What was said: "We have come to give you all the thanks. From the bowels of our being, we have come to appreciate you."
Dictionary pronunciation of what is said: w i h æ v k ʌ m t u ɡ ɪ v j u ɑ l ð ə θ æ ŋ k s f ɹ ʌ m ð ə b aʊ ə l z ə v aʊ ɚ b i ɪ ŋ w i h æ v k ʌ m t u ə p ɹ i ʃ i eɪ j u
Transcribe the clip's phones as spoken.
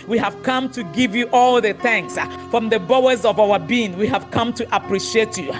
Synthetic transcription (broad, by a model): w i h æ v k ʌ m t u ɡ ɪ v j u ɑ l ð ə θ æ ŋ k s f ɹ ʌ m ð ə b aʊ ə z ə v aʊ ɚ b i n w i h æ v k ʌ m t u ə p ɹ i ʃ i eɪ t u